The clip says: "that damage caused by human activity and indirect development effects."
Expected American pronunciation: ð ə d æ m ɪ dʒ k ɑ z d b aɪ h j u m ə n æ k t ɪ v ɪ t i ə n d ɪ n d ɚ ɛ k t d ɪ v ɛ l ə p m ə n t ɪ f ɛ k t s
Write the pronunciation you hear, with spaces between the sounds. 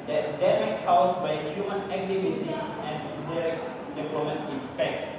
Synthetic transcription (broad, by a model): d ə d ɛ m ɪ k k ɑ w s b aɪ h j u m ə n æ k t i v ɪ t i ə n d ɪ d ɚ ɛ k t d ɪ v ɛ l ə m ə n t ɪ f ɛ k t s